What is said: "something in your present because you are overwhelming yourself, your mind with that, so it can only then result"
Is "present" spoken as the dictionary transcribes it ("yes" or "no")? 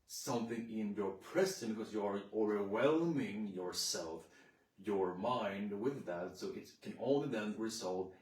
no